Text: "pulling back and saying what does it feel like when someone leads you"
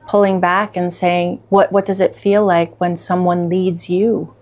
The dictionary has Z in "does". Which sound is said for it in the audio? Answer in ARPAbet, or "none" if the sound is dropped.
Z